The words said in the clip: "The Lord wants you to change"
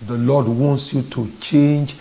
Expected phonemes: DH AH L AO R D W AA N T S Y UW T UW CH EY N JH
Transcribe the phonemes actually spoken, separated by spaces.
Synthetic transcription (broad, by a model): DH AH L AO D W AA N T S Y UW T UW CH EY N JH